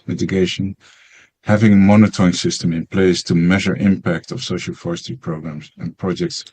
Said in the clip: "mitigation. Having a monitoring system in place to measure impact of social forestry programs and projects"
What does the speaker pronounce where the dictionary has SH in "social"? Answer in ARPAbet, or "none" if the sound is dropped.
SH